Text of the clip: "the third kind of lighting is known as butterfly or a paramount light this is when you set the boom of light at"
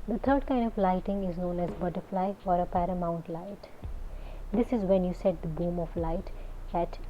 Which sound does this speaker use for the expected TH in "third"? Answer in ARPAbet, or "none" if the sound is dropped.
T